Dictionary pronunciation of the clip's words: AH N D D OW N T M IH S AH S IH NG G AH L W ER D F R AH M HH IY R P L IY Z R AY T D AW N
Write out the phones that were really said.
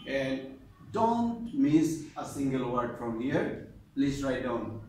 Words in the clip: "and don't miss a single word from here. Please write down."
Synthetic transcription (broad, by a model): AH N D D OW N T M IH S AH S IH NG G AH L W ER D F R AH M HH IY R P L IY S R AY T D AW N